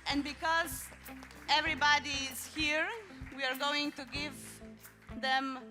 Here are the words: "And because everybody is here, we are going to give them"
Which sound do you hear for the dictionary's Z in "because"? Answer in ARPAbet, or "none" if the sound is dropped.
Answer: Z